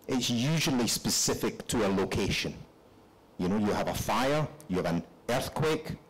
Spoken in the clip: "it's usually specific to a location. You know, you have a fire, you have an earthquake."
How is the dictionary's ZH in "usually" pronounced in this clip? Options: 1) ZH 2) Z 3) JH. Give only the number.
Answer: 1